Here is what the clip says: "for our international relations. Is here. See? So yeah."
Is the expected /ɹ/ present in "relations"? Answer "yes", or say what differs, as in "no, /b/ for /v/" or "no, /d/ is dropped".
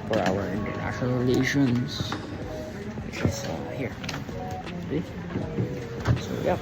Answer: no, /l/ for /ɹ/